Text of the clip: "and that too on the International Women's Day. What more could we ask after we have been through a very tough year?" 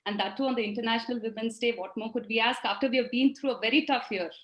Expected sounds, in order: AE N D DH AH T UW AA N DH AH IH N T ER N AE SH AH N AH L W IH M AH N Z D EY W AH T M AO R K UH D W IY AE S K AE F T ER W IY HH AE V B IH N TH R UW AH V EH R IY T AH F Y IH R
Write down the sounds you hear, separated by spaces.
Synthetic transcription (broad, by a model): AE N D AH T UW AA N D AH IH N T ER N AE SH AH N AH L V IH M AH N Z D EY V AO T M AO R K UH D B IY AE S K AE F T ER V IY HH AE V B IH N T R UW AH V EH R IY T AH F Y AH R